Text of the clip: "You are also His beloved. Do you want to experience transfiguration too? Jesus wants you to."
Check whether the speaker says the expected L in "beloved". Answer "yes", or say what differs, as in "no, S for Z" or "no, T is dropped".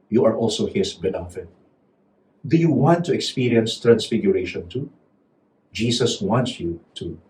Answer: no, N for L